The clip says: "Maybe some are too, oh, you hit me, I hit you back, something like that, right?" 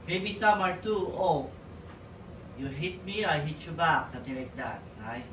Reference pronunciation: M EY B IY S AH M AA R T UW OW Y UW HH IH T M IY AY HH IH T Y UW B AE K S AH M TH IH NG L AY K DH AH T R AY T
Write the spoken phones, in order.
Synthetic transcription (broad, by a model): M EY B IY S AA M AA R T UW OW Y UW HH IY T M IY AY HH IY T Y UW B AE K S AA M T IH NG L AY K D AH T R AY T